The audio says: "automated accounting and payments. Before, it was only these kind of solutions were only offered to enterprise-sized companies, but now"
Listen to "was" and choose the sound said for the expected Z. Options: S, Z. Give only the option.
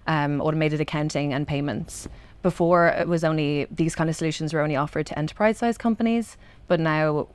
Z